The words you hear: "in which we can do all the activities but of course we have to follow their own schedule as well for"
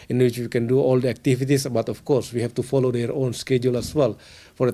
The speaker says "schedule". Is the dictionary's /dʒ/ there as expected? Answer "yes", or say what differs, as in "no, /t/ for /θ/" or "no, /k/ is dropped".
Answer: yes